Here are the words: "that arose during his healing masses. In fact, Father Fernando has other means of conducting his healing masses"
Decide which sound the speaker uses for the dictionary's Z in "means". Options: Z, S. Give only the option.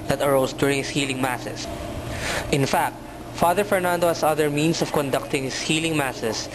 S